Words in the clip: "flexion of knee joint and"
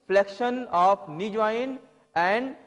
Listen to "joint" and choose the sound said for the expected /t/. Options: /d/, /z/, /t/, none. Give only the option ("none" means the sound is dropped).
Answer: none